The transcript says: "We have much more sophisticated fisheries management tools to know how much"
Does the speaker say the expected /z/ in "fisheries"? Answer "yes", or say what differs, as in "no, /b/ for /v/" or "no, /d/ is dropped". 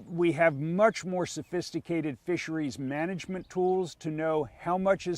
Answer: yes